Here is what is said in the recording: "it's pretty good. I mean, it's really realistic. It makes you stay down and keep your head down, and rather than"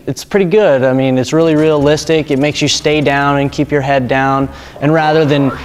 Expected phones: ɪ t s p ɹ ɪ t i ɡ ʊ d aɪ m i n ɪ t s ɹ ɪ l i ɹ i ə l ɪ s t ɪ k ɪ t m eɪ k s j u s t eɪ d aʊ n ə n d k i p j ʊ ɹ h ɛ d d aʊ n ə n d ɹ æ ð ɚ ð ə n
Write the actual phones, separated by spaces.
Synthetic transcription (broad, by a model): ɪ t s p ɹ ɪ t i ɡ ʊ d aɪ m i n ɪ t s ɹ ɪ l i ɹ i ə l ɪ s t ɪ k ɪ t m eɪ k s j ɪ s t eɪ d aʊ n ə n k i p j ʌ ɹ h ɛ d d aʊ n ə n ɹ æ ð ɚ ð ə n